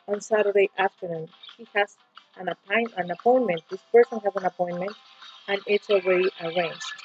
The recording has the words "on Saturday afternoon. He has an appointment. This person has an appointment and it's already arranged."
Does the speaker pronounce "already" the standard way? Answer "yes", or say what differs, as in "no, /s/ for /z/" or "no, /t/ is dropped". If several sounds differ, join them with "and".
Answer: no, /w/ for /ɹ/